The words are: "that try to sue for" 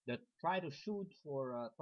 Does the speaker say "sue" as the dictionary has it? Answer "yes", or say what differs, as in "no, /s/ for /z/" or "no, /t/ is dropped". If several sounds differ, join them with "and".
no, /ʃ/ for /s/